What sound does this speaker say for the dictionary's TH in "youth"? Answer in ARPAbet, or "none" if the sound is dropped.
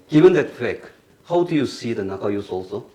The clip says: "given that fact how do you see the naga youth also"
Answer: S